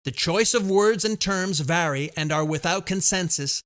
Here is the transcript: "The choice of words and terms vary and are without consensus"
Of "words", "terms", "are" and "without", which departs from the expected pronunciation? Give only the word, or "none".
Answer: none